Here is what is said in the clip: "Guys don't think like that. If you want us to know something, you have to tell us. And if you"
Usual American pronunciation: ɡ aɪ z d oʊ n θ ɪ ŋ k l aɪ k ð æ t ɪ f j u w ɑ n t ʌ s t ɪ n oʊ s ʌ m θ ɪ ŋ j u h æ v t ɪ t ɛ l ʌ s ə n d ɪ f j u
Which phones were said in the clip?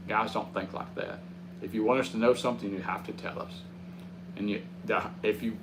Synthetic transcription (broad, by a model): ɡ aɪ z d oʊ n θ ɪ ŋ k l aɪ k ð æ t ɪ f j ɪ w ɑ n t ʌ s t ɪ n oʊ s ʌ m θ ɪ ŋ j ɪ h æ f t ɪ t ɛ l ʌ s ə n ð ɪ f j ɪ